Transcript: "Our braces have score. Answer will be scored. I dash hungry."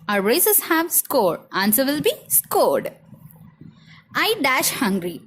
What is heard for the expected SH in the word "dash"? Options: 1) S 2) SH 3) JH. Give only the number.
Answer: 2